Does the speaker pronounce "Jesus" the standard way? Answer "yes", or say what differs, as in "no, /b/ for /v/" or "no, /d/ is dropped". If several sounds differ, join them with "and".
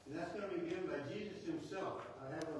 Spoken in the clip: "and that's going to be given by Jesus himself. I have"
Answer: yes